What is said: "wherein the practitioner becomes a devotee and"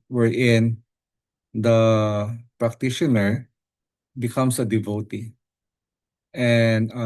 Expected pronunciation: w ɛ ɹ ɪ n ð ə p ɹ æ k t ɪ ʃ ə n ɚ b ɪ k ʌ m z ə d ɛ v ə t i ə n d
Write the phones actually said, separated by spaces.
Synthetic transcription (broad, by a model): w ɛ ɹ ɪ n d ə p ɹ æ k t ɪ ʃ ə n ɚ b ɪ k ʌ m s ə d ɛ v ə t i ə n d